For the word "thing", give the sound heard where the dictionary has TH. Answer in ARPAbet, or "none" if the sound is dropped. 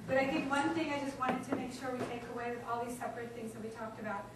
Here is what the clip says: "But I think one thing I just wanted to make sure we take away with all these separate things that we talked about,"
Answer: TH